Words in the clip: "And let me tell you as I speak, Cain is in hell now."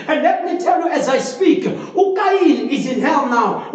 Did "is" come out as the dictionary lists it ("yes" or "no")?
yes